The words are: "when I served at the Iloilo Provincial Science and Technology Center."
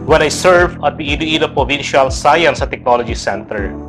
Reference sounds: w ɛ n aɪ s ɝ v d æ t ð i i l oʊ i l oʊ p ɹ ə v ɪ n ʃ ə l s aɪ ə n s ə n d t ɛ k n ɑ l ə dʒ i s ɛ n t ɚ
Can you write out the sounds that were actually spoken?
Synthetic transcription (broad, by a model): w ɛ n aɪ s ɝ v ʌ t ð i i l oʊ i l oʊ p ɹ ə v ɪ n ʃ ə l s aɪ ə n s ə t ɛ k n ɑ l ə dʒ i s ɛ n t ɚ